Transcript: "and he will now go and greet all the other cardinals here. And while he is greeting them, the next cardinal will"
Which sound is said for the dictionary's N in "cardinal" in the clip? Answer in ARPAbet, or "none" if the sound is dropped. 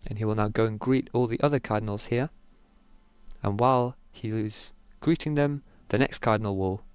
N